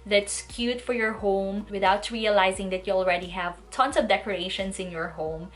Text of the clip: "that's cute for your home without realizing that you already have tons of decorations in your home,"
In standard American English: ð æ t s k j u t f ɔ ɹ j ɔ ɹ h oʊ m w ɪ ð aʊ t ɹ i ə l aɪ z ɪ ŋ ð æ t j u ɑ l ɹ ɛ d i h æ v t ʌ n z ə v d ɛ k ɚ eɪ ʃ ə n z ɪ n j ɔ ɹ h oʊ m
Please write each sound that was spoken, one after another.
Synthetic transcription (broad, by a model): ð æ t s k j u t f ɔ ɹ j ɔ ɹ h oʊ m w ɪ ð aʊ t ɹ i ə l aɪ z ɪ ŋ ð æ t j u ɑ l ɹ ɛ d i h æ v t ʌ n s ə v d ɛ k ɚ eɪ ʃ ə n s ɪ n j ɔ ɹ h oʊ m